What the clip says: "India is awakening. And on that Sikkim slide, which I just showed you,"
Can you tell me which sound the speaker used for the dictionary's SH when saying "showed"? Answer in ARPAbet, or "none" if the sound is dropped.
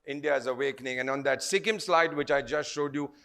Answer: SH